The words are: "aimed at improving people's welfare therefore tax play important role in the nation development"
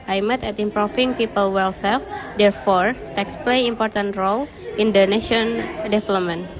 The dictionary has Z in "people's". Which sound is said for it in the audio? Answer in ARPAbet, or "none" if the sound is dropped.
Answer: none